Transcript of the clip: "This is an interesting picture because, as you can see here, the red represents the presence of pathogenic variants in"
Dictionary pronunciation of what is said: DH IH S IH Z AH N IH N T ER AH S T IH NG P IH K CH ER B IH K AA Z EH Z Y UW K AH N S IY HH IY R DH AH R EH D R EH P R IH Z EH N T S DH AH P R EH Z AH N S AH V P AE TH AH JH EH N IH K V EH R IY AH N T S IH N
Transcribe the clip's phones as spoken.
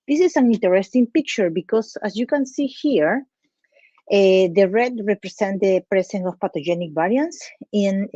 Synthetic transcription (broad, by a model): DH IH S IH S AH N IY N T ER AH S T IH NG P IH K CH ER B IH K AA S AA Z Y UW K AH N S IY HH IY R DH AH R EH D R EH P R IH S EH N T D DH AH P R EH S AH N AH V P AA T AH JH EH N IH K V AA R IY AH N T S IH N